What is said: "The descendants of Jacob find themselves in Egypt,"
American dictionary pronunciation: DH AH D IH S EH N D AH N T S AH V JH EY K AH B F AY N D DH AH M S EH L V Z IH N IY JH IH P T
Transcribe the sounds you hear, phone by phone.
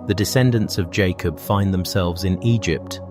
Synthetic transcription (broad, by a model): DH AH D IH S EH N D AH N T S AH V JH EY K AH B F AY N DH AH M S EH L V Z IH N IY JH IH P T